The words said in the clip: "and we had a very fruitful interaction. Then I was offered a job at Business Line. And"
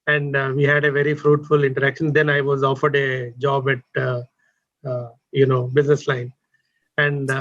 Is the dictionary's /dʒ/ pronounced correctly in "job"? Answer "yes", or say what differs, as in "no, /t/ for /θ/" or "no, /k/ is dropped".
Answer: yes